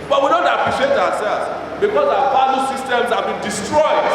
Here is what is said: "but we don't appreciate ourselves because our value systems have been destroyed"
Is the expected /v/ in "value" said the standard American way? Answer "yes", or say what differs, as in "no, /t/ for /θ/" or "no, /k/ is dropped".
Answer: no, /p/ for /v/